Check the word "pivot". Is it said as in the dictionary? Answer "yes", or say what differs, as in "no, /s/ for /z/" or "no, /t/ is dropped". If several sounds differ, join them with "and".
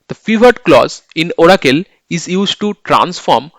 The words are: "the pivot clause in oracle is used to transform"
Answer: no, /f/ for /p/